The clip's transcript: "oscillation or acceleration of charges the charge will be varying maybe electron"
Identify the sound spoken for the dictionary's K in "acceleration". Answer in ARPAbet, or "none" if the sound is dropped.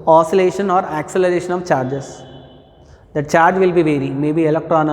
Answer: K